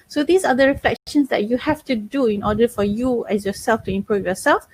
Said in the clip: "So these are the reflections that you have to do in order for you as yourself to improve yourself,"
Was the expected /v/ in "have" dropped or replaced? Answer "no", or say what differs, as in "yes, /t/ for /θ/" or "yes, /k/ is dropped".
yes, /f/ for /v/